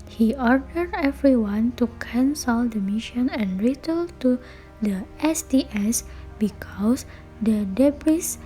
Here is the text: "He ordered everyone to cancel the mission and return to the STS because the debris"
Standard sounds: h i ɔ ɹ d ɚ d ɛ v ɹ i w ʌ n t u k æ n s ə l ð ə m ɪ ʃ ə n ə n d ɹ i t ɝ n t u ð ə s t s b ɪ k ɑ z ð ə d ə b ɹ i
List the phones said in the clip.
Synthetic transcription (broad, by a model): h i ɔ ɹ d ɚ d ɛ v ɹ i w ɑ n t u k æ n s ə l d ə m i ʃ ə n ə n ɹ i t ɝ l t u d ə s t s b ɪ k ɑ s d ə d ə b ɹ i